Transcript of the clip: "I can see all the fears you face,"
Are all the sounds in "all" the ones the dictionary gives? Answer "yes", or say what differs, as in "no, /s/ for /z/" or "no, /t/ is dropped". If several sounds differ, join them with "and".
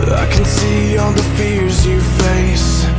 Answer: no, /n/ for /l/